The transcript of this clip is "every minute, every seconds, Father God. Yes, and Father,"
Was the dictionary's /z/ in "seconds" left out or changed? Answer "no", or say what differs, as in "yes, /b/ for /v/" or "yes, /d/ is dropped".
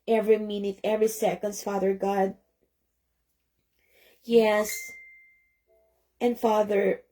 yes, /s/ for /z/